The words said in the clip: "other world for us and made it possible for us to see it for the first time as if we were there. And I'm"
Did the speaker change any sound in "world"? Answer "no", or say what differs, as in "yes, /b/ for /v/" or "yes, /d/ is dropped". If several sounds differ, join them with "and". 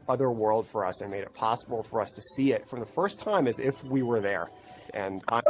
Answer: no